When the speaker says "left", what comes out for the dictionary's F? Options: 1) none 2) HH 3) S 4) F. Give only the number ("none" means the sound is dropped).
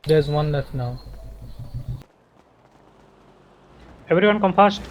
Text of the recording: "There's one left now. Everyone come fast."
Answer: 1